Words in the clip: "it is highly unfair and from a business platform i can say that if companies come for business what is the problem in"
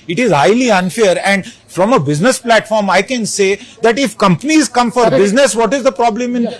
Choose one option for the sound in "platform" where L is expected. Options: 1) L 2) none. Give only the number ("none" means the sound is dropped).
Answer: 1